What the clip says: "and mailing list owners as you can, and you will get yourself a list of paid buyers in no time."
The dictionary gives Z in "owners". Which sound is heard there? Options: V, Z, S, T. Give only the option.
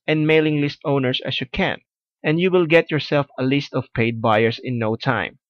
S